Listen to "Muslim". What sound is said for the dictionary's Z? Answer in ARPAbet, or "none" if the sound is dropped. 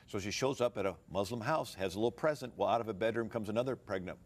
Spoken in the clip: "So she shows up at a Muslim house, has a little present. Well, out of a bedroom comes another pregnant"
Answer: Z